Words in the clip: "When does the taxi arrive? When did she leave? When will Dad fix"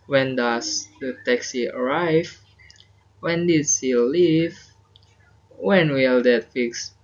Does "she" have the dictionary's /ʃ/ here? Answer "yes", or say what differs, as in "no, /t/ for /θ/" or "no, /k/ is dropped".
no, /s/ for /ʃ/